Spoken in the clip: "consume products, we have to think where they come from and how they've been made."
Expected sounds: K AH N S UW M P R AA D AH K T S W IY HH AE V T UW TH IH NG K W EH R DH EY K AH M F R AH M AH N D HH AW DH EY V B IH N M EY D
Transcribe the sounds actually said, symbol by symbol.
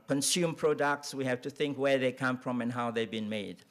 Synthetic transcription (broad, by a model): K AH N S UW M P R AA D AH K T S W IY HH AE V T UW TH IH NG K W EH R DH EY K AH M F R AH M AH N HH AW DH EY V B IH N M EY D